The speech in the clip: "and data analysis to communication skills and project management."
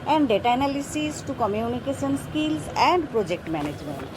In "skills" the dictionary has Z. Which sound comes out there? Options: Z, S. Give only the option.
S